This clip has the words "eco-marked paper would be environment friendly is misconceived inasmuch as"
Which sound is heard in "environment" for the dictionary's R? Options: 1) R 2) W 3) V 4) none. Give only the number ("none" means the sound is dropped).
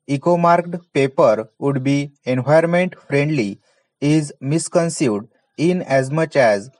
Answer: 4